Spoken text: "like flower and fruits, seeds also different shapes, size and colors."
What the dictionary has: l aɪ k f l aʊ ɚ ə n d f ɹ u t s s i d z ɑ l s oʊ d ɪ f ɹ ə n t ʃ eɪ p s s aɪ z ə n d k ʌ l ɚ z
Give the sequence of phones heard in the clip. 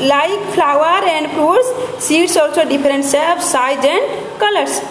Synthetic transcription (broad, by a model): l aɪ k p l aʊ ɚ ə n d p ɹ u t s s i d s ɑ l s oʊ d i p ɹ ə n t s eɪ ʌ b s aɪ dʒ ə n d k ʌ l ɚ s